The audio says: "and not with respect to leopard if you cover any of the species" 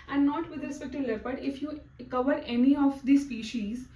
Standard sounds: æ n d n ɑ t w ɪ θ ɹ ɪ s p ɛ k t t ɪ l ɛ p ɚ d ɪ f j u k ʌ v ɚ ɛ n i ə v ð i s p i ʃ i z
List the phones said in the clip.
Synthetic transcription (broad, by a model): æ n d n ɑ t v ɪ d ɹ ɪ s p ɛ k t t ɪ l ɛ b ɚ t ɪ f j u k ʌ v ɚ ɛ n i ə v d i s p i ʃ i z